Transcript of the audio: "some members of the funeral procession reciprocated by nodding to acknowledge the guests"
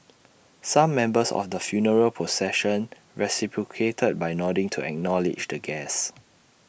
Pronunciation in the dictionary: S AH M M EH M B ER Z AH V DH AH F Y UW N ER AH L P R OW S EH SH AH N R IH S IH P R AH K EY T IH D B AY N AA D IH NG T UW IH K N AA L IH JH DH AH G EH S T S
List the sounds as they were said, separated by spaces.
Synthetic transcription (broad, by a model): S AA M M EH M B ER S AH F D AH F Y UW N ER AH L P OW S EH SH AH N R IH S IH P R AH K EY T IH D B AY N AA D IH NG T UW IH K N AA L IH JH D AH G EH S S